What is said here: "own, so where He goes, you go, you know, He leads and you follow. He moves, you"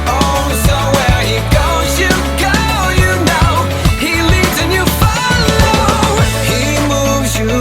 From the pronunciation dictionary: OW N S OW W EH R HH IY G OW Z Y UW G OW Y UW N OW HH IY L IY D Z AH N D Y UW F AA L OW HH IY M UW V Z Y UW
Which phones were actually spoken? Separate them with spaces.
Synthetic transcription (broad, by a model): OW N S OW W EH R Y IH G OW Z Y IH G OW Y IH N OW HH IY L IY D Z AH N Y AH F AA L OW HH IY M UW V Z Y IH